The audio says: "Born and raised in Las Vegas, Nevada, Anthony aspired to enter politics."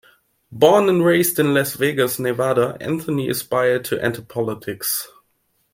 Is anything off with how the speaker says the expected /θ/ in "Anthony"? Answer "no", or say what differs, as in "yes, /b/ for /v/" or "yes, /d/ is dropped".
no